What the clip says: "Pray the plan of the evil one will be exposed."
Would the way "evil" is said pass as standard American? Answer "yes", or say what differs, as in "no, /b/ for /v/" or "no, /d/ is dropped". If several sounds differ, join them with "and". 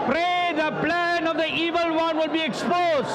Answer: yes